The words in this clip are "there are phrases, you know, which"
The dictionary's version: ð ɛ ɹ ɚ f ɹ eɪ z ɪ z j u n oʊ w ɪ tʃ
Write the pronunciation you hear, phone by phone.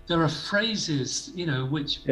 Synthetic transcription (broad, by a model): ð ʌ ɹ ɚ f ɹ eɪ z ɪ z j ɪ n oʊ w ɪ tʃ